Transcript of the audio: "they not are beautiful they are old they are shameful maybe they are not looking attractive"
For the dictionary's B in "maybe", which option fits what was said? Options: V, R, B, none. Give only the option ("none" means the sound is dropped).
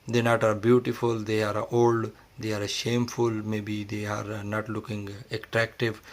B